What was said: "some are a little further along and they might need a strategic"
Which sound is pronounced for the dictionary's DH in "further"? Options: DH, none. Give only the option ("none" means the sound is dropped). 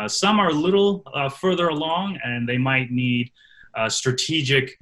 DH